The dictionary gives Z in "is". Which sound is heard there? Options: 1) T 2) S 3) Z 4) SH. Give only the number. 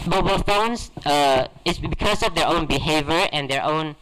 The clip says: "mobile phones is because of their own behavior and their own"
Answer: 2